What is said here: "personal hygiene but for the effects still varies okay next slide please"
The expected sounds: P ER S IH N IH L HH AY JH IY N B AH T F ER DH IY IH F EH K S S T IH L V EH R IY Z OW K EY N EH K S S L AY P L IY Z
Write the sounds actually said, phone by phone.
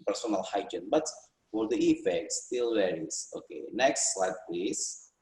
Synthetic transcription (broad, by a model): P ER S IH N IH L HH AY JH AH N B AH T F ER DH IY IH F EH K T S T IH L W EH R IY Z OW K EY N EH K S S L AY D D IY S